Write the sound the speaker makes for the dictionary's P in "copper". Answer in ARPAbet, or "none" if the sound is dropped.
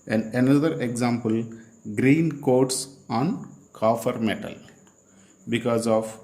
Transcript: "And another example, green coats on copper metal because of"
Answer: F